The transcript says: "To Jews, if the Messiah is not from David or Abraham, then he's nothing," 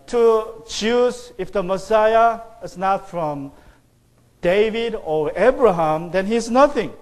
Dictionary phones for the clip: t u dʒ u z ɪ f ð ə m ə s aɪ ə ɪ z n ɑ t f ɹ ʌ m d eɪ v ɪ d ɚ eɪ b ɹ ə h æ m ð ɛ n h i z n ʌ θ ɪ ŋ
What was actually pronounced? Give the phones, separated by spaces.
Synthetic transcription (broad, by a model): t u tʃ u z ɪ f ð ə m ə s aɪ ə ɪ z n ɑ t f ɹ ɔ m d eɪ v ɪ d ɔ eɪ b ɹ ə h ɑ m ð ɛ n h i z n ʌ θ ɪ ŋ